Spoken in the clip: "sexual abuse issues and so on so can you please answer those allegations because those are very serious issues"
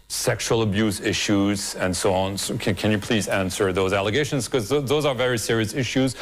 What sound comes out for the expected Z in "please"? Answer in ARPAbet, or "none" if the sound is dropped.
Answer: Z